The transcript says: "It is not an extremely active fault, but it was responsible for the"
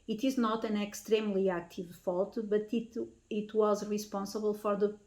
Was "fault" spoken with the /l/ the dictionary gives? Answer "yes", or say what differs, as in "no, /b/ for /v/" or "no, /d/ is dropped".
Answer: yes